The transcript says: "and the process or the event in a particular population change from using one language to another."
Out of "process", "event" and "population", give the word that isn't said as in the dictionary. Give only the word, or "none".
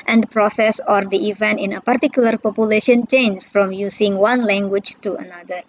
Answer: none